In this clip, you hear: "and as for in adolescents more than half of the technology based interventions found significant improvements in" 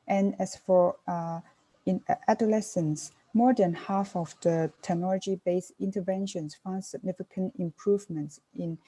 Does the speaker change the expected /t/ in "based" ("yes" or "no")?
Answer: yes